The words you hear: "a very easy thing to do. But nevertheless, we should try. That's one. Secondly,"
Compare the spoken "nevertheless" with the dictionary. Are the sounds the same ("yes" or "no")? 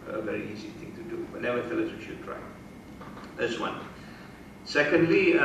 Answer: no